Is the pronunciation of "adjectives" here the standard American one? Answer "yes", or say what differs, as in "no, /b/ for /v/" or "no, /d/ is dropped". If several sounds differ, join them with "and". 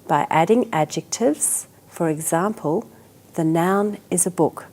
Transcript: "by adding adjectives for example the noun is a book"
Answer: yes